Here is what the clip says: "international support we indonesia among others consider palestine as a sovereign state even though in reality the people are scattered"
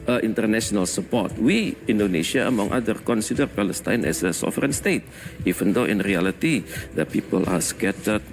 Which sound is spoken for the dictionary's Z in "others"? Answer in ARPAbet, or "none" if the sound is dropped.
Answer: none